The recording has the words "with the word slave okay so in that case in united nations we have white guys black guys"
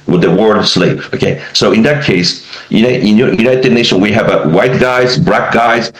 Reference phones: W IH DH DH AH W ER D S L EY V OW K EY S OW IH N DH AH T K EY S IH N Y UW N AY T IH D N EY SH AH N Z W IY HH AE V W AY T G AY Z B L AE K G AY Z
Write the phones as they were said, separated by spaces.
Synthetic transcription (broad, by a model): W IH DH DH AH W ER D S L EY P OW K EY S OW IH N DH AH T K EY S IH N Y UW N AY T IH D N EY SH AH N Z W IY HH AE V W AY T G AY Z B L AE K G AY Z